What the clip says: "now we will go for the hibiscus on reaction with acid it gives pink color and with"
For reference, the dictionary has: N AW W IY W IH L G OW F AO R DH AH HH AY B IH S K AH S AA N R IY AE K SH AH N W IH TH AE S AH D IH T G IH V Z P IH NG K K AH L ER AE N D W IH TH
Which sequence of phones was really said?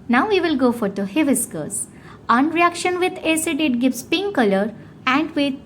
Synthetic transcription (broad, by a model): N AW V IY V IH L G OW F AO R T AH HH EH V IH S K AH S AA N R IY AE K SH AH N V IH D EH S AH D IH T G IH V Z P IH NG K K AH L ER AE N D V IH